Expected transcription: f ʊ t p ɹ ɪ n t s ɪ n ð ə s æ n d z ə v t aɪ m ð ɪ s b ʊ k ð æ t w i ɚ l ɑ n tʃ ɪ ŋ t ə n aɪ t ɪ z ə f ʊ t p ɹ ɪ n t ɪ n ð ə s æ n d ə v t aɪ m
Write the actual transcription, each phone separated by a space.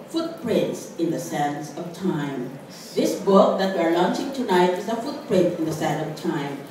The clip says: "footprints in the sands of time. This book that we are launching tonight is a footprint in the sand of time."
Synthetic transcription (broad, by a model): f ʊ t p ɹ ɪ n t s ɪ n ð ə s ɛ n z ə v t aɪ m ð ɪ s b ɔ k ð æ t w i ɚ l ɑ n tʃ ɪ ŋ t ə n aɪ t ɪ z ə f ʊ t p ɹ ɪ n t ɪ n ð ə s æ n ə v t aɪ m